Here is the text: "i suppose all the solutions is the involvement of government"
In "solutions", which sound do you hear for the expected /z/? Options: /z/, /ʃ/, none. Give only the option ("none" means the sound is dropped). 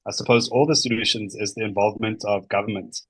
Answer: /z/